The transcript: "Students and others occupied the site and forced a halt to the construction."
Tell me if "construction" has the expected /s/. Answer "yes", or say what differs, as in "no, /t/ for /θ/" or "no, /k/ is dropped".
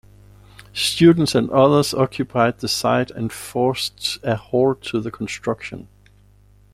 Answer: yes